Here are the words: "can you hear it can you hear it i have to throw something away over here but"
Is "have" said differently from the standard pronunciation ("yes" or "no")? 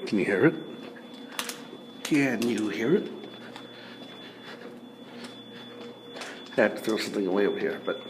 yes